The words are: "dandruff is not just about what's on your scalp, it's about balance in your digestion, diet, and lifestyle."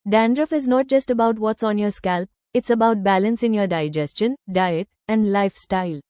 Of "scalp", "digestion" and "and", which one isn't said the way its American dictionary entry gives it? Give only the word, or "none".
none